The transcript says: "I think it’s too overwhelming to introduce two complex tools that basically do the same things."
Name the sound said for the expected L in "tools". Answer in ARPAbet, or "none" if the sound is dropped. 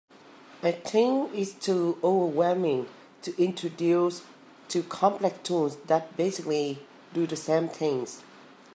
N